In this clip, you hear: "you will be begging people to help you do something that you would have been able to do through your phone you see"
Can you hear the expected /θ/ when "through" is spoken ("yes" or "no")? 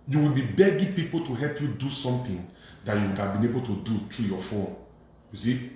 no